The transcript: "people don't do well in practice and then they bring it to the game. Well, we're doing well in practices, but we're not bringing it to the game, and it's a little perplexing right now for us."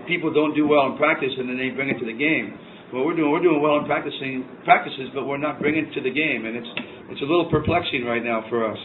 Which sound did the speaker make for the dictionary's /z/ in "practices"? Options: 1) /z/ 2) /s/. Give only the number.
1